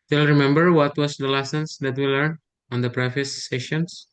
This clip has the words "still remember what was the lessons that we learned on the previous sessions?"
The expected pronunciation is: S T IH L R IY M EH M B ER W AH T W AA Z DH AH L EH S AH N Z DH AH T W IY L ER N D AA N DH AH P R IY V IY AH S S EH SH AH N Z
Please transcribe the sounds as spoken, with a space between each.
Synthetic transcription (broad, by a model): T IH L R IY M EH M B ER W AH T W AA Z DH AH L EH S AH N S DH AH T W IY L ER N AA N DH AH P R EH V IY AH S S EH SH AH N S